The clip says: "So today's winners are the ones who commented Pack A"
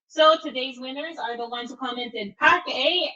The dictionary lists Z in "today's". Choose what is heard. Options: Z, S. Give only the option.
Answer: Z